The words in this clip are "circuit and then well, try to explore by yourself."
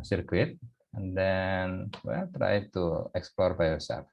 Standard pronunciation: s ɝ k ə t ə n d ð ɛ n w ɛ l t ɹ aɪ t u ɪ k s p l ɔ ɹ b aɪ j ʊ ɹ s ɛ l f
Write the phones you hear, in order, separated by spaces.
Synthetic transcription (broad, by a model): s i k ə t ə n d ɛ n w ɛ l t ɹ aɪ t u ɪ k s p l ɔ ɹ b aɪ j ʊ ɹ s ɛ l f